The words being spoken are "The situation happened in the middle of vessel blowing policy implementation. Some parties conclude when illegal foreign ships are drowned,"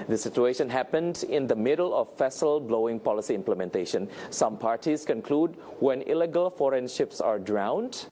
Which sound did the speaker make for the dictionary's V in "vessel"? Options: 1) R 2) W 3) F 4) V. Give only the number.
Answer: 3